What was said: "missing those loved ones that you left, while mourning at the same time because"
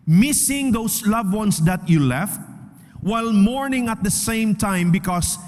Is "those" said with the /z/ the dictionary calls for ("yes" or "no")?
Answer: no